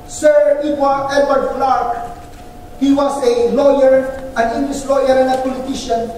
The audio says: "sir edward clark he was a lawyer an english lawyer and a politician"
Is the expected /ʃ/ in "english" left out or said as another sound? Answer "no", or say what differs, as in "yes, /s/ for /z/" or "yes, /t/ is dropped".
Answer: yes, /s/ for /ʃ/